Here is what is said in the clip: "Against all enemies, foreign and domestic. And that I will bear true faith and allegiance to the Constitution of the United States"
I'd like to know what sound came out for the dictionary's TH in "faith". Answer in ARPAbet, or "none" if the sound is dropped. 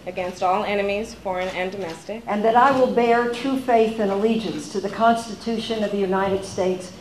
TH